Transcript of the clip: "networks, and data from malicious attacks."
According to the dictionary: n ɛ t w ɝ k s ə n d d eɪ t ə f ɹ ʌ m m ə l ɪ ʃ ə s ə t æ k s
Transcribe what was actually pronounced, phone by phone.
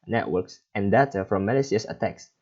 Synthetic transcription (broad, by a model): n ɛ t w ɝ k s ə n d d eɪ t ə f ɹ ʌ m m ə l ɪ s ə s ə t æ k s